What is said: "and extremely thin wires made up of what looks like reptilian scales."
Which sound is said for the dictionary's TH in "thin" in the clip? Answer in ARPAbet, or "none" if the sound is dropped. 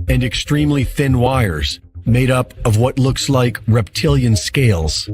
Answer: TH